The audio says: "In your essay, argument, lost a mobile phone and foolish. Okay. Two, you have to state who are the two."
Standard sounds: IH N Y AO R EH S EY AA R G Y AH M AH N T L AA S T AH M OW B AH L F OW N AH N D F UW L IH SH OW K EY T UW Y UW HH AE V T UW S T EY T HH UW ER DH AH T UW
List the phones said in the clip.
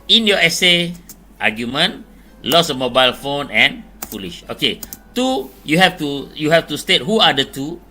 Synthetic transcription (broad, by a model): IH N Y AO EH S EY AA G Y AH M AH N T L AA S AH M OW B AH L F OW N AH N F UW L IH SH OW K EY T UW Y UW HH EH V T UW S T EY T HH UW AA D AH T UW